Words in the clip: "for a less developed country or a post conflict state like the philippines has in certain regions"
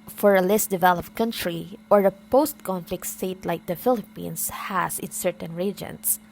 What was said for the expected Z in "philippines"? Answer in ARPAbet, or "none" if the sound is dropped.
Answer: S